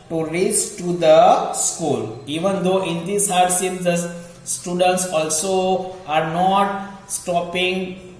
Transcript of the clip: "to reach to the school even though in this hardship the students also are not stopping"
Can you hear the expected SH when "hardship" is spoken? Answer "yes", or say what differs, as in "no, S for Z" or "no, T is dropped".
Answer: no, S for SH